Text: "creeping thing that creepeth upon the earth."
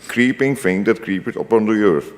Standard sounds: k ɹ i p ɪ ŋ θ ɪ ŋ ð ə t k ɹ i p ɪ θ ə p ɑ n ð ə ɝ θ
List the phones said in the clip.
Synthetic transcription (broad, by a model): k ɹ i p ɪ ŋ f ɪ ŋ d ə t k ɹ i p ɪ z ə p ɑ n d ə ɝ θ